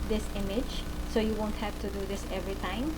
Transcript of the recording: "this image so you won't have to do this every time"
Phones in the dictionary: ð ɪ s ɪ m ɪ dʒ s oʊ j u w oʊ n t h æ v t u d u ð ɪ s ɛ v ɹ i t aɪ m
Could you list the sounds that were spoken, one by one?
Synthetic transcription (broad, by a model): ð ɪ s ɪ m ɪ dʒ s oʊ j u w oʊ n t h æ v t u d u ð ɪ s ɛ v ɹ i t aɪ m